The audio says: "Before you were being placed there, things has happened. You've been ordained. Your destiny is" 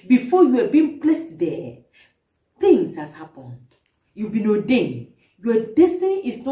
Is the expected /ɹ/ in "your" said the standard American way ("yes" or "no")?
no